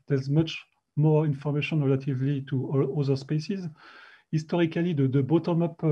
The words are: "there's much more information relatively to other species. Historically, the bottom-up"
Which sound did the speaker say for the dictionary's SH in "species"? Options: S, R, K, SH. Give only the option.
S